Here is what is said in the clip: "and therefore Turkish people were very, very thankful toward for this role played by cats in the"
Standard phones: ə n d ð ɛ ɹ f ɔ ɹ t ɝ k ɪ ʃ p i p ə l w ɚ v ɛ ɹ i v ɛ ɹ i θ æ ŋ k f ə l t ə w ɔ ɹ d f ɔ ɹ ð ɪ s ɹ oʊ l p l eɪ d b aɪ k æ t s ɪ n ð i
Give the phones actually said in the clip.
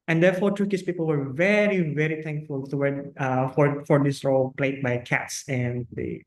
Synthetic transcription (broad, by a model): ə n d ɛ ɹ f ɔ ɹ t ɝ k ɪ s p i p ə l w ɚ v ɛ ɹ i v ɛ ɹ i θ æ ŋ k f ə l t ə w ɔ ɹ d f ɔ ɹ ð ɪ s ɹ oʊ l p l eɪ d b aɪ k æ t s ɪ n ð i